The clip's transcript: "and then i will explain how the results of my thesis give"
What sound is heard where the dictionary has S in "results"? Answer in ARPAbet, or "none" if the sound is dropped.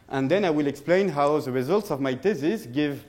S